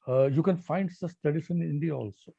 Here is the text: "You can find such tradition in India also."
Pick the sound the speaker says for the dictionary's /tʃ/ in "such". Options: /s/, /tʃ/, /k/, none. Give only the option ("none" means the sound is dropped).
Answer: /s/